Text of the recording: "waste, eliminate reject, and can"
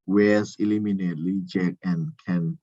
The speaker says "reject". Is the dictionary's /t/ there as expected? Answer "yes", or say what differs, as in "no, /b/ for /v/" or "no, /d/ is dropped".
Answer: no, /t/ is dropped